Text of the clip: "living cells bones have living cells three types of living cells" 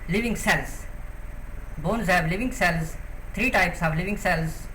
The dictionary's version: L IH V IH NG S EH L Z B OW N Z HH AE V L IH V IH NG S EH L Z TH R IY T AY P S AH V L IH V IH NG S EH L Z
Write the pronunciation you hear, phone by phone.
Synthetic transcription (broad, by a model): L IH V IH NG S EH L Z B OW N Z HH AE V L IH V IH NG S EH L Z T R IY T AY P S AH V L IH V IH NG S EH L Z